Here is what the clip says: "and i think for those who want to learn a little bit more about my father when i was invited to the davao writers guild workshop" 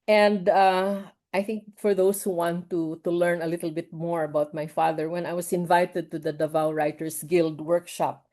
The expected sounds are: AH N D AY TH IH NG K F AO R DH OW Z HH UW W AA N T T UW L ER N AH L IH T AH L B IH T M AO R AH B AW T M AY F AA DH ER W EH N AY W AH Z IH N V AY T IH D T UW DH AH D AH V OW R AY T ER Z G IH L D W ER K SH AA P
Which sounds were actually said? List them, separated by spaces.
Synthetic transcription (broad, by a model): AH N D AY TH IH NG K F AO R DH OW S HH UW W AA N T T UW L ER N AH L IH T L B IH T M AO R AH B AW T M AY F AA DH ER W EH N AY W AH S IH N V AY T IH D T UW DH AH D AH V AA R AY T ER S G IH L D W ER K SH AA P